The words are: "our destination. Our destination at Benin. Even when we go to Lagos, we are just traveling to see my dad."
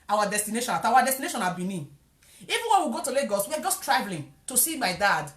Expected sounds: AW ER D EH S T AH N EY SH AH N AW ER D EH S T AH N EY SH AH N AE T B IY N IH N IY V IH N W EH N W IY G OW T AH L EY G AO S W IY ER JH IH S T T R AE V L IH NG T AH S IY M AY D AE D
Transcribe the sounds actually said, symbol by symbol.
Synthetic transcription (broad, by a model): AW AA D EH S T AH N EY SH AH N AW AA D EH S T AH N EY SH AH N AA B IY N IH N IY V IH N W EH N W IY G OW T AH L EY G AO S W IY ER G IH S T T R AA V L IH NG T AH S IY M AY D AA D